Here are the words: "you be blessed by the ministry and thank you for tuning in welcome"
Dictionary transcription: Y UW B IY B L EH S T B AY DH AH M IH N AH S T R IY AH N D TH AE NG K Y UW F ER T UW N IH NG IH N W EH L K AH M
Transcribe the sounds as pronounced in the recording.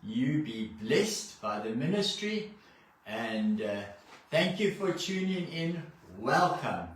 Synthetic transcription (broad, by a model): Y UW B IY B L EH S T B AY DH AH M IH N AH S T R IY AH N D TH AE NG K Y UW F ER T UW N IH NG IH N W EH L K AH M